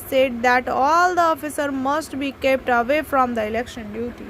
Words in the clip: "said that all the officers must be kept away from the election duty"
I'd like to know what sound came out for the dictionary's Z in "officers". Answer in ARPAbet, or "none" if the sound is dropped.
none